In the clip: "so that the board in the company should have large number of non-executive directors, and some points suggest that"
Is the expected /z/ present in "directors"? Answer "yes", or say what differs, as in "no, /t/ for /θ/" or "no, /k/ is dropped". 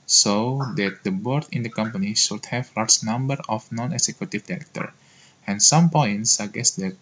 no, /z/ is dropped